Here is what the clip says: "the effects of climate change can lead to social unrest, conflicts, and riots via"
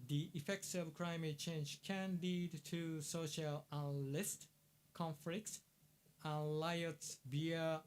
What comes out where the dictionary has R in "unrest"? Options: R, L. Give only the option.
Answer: L